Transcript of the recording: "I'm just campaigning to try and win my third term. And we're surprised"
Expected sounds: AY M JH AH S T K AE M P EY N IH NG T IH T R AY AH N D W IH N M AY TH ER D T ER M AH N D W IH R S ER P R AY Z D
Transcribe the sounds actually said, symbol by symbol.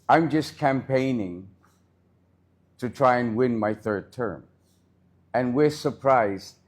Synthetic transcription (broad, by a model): AY M JH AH S K AE M P EY N IH NG T IH T R AY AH N W IH N M AY TH ER D T ER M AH N W IH R S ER P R AY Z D